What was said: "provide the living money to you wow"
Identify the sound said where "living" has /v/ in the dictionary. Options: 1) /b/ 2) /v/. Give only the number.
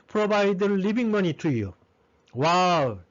1